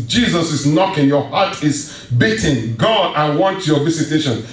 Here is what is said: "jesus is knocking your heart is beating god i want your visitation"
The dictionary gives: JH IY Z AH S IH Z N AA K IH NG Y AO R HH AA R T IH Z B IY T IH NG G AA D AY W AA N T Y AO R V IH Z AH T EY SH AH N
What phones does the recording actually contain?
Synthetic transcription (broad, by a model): JH IY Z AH S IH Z N AA K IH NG Y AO HH AA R T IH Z B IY T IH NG G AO AY W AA N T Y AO V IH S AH T EY SH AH N